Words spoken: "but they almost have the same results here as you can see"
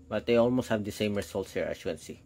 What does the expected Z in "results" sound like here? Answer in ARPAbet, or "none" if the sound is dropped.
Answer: S